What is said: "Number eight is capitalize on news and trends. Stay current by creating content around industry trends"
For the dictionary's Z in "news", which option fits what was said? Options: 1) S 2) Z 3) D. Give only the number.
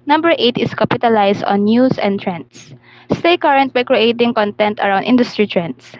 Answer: 1